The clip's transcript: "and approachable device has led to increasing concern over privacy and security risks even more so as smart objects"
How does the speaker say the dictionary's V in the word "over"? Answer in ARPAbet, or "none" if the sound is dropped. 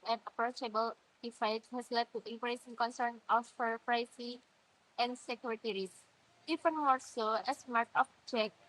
F